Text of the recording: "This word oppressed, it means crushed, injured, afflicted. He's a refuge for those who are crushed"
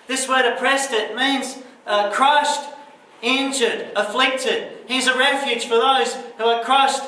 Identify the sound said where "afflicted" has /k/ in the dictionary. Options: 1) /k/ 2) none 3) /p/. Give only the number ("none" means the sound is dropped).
1